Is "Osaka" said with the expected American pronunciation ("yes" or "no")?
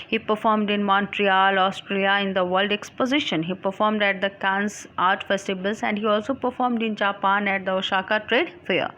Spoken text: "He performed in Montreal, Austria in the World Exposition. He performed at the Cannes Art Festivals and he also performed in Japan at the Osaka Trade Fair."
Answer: no